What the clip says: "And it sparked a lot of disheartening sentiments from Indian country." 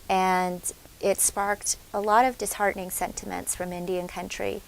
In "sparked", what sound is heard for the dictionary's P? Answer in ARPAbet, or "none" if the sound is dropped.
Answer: P